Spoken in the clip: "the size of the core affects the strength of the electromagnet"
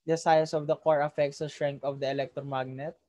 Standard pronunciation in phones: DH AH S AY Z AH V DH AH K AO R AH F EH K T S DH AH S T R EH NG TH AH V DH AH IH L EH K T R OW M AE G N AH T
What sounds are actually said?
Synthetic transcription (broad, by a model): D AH S AY S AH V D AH K AO R AH F EH K T S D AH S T R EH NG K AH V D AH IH L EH K T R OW M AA G N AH T